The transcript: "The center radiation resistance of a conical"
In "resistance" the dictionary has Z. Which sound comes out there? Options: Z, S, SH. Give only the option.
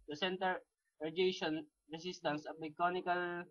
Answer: S